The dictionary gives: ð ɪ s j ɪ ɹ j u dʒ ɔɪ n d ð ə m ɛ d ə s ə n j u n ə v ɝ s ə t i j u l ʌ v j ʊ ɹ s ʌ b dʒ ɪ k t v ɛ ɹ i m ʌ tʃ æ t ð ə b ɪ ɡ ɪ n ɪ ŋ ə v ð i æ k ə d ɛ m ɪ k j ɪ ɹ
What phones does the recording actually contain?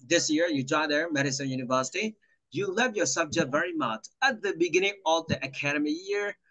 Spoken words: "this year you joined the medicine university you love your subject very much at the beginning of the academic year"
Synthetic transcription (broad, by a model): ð ɪ s j ɪ ɹ j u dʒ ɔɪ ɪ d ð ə m ɛ d ə s ə n j u n ə v ɝ s ə t i j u l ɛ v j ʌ ɹ s ʌ b dʒ ɪ k t v ɛ ɹ i m ʌ tʃ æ t ð ə b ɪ ɡ ɪ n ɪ ŋ ə v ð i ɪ k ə d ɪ m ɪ j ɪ ɹ